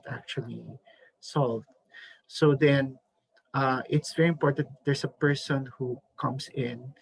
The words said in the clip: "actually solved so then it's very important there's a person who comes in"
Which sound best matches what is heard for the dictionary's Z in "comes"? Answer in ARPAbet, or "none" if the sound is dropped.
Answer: S